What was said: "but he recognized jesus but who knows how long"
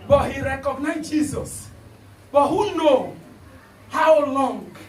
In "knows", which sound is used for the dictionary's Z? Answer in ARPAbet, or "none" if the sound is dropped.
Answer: none